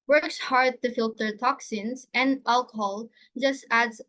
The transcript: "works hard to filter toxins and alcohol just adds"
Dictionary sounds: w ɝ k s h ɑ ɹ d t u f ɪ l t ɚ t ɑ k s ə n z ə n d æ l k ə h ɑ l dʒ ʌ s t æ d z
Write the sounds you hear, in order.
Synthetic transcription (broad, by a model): w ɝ k s h ɑ ɹ d t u f ɪ l t ɚ t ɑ k s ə n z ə n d æ l k ə h ɑ l dʒ ʌ s t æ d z